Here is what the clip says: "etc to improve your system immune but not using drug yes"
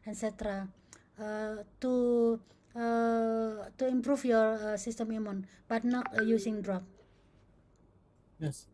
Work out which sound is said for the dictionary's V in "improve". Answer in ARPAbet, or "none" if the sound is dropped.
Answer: F